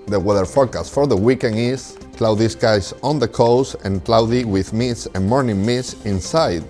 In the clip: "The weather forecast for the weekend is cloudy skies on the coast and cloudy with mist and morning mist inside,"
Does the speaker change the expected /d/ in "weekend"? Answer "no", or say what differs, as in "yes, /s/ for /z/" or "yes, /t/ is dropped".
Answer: yes, /d/ is dropped